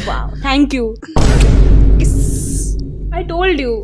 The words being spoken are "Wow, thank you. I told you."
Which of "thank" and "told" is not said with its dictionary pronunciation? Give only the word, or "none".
thank